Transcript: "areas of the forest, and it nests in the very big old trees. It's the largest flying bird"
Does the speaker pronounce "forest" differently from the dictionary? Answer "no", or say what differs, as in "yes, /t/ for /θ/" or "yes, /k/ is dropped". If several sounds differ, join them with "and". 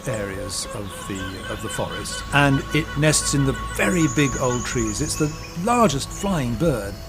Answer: no